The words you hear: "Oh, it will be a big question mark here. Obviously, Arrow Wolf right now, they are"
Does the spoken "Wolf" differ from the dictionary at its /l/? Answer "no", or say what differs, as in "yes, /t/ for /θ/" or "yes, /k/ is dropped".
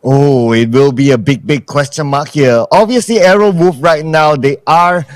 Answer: yes, /l/ is dropped